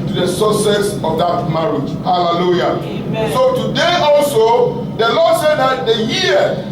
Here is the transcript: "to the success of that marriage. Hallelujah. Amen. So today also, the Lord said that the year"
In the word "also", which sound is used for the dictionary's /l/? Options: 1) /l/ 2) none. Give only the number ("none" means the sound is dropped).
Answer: 1